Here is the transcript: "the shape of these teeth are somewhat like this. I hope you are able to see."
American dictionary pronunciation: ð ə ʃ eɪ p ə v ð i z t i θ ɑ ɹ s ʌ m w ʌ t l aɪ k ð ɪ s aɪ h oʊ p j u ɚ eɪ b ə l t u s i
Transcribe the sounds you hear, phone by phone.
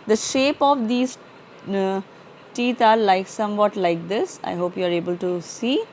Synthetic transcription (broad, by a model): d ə ʃ eɪ p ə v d i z t i t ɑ l s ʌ m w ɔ t l aɪ k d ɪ s aɪ h oʊ p j u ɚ eɪ b ə l t u s i